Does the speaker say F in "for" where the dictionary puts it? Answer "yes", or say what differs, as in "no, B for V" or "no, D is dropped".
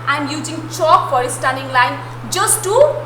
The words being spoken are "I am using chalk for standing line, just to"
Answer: no, P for F